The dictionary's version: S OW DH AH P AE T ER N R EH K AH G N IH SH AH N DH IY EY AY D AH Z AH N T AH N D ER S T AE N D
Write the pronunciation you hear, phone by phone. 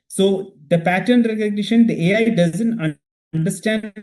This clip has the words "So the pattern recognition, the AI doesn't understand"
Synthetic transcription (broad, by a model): S OW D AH P AE T ER N R EH K AH G N IH SH AH N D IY EY AY D AH Z AH N T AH N D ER S T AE N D